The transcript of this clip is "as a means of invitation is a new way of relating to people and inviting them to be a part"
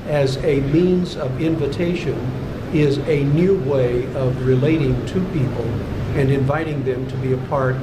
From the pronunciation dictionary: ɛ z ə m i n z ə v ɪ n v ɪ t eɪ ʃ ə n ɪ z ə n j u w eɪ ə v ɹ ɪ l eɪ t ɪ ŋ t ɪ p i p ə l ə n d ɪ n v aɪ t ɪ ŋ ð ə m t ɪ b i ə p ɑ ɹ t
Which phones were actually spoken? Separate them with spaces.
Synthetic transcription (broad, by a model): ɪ z ə m i n z ə v ɪ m v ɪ t eɪ ʃ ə n ɪ z ə n j u w eɪ ə v ɹ ɪ l eɪ t ɪ ŋ t ɪ p i p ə l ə n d ɪ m v aɪ t ɪ ŋ ð ə m t ɪ b i ə p ɑ ɹ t